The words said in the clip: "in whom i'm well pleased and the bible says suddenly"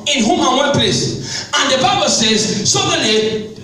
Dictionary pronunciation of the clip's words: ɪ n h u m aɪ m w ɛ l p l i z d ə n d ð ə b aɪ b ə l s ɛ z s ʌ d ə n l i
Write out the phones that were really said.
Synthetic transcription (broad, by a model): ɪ n h u m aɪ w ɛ n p l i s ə n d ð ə b aɪ b ə l s ɛ z s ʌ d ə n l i